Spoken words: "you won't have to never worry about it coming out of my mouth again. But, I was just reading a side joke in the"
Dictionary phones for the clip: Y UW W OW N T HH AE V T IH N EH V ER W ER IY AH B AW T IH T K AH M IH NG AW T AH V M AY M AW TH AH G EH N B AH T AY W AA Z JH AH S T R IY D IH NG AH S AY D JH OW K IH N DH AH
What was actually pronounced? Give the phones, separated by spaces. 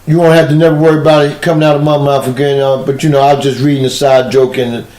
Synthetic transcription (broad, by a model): Y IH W OW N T HH AE F T IH N EH V ER W ER IY AH B AW T IH T K AH M IH NG AW T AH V M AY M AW F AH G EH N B AH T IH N AA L JH AH S T R IY D IH NG AH S AY D JH OW K IH N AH